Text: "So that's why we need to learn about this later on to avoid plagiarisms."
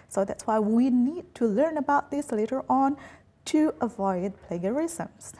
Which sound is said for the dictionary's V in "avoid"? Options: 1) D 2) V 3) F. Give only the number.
2